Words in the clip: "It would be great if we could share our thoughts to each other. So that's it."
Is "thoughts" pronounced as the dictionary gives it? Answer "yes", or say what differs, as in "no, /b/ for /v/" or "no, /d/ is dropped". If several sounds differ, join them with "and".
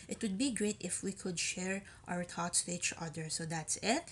no, /t/ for /θ/